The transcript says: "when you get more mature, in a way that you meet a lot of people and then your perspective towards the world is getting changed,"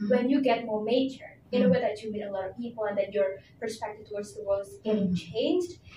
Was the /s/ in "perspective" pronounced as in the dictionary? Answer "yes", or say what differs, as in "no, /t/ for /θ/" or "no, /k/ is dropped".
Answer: yes